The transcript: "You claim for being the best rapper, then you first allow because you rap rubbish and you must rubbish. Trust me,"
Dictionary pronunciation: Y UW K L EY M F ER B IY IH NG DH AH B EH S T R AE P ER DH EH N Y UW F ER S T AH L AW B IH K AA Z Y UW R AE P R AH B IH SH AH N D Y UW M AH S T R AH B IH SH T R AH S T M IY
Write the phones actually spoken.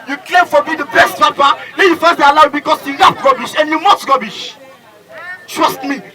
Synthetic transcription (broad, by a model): Y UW K L EY M F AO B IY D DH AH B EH S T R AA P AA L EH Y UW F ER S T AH L AW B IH K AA S Y UW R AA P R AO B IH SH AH N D Y UW M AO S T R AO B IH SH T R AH S T M IY